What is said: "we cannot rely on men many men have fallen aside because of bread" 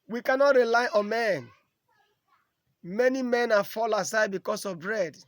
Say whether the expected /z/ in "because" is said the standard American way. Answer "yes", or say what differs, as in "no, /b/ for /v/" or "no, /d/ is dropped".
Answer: no, /s/ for /z/